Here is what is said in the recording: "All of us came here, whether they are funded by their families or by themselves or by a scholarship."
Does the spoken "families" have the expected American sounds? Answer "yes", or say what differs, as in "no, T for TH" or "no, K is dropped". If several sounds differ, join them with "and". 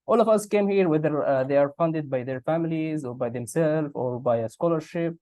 yes